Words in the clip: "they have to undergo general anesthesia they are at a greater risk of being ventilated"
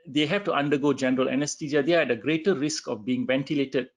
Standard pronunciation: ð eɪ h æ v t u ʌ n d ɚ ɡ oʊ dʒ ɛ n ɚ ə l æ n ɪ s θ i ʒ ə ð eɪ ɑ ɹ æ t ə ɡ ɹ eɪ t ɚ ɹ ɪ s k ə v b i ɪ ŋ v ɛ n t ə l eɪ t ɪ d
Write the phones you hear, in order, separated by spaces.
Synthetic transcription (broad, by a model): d eɪ h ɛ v t u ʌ n d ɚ ɡ oʊ dʒ ɛ n ɚ ə l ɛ n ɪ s t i z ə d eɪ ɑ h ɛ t ə ɡ ɹ eɪ t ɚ ɹ ɪ s k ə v b i ɪ ŋ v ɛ n t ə l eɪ t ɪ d